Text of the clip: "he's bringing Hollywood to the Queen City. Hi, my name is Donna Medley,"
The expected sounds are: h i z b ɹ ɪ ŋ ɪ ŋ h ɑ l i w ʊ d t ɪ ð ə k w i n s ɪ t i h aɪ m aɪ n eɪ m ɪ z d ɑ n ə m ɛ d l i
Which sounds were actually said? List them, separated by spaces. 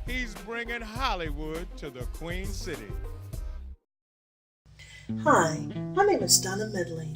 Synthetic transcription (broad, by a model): h i z b ɹ ɪ ŋ ɪ ŋ h ɑ l i w ʊ d t ɪ ð ə k w i n s ɪ t i h aɪ m aɪ n eɪ m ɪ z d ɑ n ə m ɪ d l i